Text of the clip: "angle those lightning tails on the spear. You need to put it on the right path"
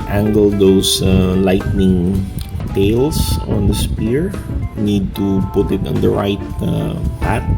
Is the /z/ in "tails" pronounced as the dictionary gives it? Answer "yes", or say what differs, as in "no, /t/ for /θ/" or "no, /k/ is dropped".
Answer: no, /s/ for /z/